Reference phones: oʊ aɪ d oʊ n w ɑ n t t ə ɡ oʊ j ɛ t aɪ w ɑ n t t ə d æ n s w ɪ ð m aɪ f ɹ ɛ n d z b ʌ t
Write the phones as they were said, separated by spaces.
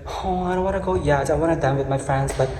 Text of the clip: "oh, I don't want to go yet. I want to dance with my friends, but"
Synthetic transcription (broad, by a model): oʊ aɪ d oʊ n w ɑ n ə ɡ oʊ j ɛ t aɪ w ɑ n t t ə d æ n w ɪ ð m aɪ f ɹ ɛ n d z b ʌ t